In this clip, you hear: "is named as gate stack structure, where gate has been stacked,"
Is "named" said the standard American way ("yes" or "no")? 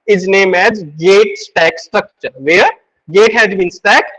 no